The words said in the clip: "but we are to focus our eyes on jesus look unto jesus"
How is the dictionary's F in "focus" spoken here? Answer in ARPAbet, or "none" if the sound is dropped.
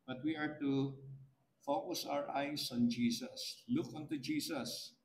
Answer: F